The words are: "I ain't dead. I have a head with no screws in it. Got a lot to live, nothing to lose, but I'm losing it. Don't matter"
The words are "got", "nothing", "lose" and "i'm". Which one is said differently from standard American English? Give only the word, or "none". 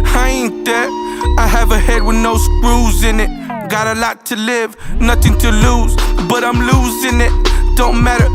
none